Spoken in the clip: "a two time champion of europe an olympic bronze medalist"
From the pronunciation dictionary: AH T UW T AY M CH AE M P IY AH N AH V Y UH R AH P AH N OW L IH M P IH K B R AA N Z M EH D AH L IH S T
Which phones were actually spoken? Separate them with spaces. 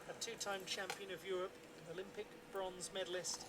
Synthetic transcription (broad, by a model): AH T UW T AY M CH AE M P IY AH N AH V Y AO R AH P AH N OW L IH M P IH K B R AA N Z M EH D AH L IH S T